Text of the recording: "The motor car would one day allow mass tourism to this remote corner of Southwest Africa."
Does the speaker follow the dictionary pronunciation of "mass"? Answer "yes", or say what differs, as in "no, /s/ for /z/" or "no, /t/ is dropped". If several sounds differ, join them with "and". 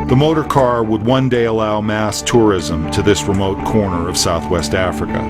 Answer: yes